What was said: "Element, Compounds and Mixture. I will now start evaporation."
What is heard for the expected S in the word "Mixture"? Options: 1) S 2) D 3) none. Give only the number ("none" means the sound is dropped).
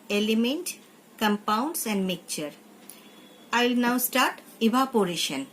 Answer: 3